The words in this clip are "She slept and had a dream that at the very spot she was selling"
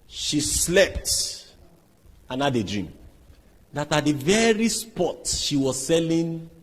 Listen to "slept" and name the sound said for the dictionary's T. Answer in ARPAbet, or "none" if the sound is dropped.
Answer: T